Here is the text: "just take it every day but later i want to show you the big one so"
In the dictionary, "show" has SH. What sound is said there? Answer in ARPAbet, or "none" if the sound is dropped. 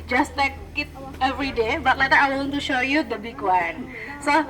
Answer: SH